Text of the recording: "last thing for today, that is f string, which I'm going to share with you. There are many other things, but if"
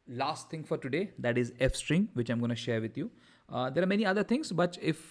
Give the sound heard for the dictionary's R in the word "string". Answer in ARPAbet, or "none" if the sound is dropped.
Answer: R